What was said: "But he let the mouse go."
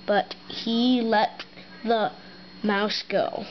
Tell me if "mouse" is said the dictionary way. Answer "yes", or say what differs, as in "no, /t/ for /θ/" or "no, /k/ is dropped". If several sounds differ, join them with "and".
yes